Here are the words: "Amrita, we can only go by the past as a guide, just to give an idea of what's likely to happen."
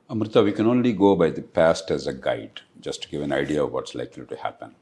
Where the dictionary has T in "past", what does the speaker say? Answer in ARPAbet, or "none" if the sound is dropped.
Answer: T